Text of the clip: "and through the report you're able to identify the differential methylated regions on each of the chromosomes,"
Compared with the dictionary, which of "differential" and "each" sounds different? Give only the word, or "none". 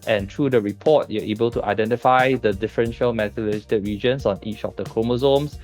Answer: none